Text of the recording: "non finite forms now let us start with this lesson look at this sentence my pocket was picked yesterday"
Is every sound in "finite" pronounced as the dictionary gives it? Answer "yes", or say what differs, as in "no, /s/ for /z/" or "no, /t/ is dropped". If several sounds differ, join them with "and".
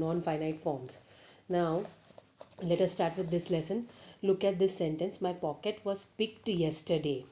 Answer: yes